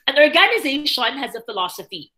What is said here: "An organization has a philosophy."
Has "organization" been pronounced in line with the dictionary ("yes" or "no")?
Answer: yes